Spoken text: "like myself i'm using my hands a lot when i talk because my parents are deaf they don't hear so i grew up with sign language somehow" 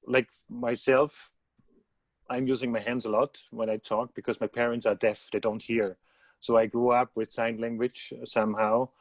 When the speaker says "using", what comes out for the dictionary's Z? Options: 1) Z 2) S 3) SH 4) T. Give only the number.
1